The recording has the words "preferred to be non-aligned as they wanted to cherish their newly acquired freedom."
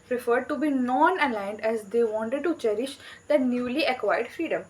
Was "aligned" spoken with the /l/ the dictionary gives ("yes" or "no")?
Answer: yes